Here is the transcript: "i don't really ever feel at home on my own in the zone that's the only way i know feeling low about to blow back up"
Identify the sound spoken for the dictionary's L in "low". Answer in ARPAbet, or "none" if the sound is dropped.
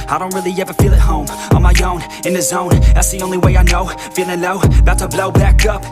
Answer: N